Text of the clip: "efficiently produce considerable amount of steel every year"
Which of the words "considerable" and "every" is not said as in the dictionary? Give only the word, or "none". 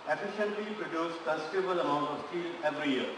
considerable